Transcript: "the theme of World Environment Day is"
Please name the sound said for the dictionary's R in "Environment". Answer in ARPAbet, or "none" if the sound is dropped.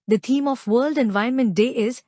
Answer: none